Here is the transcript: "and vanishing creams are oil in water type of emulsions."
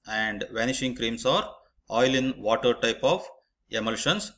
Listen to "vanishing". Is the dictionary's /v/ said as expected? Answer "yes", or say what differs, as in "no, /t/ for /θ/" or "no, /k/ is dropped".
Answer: yes